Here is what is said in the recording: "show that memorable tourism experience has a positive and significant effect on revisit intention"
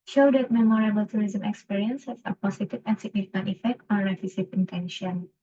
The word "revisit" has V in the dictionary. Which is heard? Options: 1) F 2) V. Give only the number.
1